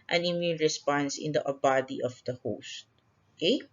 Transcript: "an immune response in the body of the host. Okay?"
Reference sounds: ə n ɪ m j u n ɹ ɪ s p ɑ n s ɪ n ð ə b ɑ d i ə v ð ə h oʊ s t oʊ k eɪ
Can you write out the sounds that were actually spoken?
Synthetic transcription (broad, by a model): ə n ɪ m j u n ɹ ɪ s p ɑ n s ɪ n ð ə b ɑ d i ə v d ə h oʊ s t oʊ k eɪ